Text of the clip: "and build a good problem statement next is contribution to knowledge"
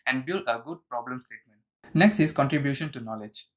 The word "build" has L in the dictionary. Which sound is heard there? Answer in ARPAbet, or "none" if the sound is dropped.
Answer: L